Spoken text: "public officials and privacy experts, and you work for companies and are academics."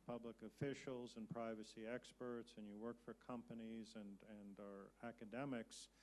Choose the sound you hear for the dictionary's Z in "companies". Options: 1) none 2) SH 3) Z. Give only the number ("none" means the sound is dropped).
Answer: 3